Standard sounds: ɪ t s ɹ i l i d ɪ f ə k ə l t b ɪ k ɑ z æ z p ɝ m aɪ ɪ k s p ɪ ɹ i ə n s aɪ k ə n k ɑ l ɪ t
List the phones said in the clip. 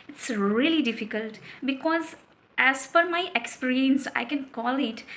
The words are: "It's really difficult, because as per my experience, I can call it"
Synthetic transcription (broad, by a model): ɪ t s ɹ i l i d ɪ f ə k ə l t b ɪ k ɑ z æ z f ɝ m aɪ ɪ k s p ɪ ɹ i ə n s aɪ k ə n k ɑ l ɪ t